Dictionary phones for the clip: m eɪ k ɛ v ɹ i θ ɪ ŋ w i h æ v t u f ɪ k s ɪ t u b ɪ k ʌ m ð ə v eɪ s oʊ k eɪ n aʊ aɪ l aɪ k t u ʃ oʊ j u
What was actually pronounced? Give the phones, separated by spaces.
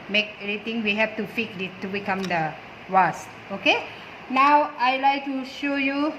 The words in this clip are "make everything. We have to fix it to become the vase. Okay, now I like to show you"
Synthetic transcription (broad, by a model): m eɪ k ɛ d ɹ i t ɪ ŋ w i h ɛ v t u f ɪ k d ɪ t u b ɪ k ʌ m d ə w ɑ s oʊ k eɪ n aʊ aɪ l aɪ k t u ʃ oʊ j u